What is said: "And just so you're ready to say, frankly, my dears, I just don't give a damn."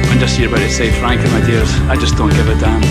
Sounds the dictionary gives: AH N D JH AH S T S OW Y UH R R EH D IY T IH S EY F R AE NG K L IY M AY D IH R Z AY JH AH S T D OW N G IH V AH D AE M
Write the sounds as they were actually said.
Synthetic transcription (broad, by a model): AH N JH AH S T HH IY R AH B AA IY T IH S EY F R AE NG K IY M AY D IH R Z AY JH AH S D OW N G IH V AH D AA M